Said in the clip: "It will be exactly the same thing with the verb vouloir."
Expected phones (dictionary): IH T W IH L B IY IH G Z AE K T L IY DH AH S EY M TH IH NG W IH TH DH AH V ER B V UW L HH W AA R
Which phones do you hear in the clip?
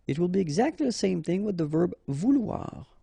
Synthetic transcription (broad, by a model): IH T W IH L B IY IH G Z AE K T L IY DH AH S EY M TH IH NG W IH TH DH AH V ER B V UW L W AA R